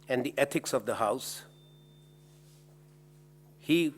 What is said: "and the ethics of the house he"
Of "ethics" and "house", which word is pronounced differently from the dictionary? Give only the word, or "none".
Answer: ethics